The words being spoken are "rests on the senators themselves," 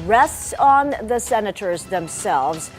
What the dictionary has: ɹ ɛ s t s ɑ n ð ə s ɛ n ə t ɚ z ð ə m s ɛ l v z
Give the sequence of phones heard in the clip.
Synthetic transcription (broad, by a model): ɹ ɛ s t s n ð ə s ɛ n ə t ɚ z ð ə m s ɛ l v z